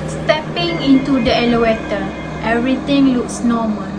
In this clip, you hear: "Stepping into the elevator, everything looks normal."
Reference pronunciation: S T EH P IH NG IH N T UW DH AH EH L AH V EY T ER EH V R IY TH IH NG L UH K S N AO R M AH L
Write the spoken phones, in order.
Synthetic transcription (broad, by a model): S T EH P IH NG IH N T UW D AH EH L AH W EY T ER EH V R IY T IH NG L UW K S N AO M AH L